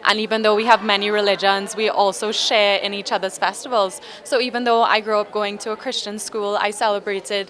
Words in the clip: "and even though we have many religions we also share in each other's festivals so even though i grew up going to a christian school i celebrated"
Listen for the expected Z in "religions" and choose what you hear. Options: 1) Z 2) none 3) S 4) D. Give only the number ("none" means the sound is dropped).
1